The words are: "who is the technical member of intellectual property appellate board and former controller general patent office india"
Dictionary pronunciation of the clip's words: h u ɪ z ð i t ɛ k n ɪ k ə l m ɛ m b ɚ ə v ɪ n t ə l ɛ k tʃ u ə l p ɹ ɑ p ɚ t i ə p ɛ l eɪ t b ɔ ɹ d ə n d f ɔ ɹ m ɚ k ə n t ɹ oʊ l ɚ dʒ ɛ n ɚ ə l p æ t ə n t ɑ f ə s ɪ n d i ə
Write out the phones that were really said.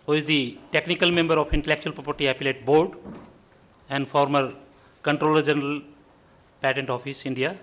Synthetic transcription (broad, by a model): h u ɪ z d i t ɛ k n ɪ k ə l m ɛ m b ɚ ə f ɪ n t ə l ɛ k tʃ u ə l p ɹ ɑ p ɚ t i ə p ɛ l eɪ t b ɔ ɹ d ə n d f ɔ ɹ m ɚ k ə n t ɹ oʊ l ɚ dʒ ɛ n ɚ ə l p æ t ə n t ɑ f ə s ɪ n d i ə